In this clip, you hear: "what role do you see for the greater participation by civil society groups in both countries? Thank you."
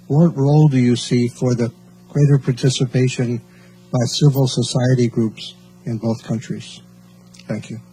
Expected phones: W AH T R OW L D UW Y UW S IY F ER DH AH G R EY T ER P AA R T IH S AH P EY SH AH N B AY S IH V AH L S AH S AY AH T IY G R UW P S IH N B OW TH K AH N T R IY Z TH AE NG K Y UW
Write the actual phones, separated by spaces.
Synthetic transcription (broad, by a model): W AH T R OW L D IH Y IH S IY F ER DH AH G R EY T ER P AA R T IH S AH P EY SH AH N B AY S IH V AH L S AH S AY AH T IY G R UW P S IH N B OW TH K AH N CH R IY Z TH AE NG K Y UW